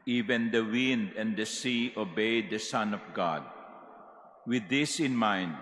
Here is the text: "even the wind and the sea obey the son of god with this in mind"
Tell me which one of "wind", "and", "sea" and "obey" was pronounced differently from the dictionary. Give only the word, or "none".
none